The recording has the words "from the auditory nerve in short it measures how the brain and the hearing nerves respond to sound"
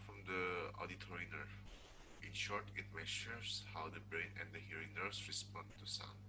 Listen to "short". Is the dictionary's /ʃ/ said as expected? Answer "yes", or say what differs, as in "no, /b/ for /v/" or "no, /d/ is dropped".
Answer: yes